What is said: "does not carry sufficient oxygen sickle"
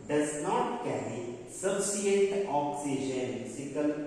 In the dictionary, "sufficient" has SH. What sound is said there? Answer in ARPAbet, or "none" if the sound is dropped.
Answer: none